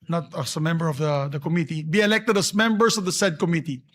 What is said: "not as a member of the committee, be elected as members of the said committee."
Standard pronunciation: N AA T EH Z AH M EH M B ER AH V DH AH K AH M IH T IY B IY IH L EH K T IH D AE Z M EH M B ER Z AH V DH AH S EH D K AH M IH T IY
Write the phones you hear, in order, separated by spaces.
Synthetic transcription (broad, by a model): N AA T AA S AH M EH M B ER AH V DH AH K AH M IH T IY B IY IH L EH K T IH D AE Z M EH M B ER S AH V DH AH S EH D K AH M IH T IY